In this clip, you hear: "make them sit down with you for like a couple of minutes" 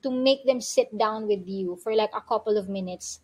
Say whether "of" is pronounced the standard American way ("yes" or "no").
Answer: yes